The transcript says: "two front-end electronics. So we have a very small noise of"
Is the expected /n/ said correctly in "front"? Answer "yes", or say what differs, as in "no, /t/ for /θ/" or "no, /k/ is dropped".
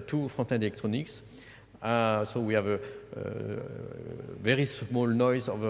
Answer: no, /n/ is dropped